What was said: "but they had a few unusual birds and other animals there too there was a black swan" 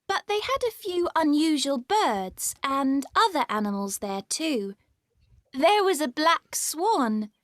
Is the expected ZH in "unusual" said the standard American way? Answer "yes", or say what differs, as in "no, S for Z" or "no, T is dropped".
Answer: yes